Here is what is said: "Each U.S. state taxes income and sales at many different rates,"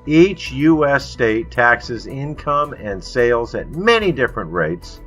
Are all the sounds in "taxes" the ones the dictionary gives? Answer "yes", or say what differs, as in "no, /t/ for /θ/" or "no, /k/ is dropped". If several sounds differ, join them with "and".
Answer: yes